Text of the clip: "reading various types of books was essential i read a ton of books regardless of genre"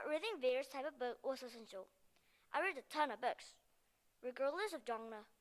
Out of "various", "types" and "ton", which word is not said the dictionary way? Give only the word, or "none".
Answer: types